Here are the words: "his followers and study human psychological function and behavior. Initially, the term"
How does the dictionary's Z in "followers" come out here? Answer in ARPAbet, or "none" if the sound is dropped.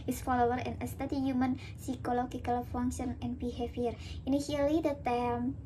none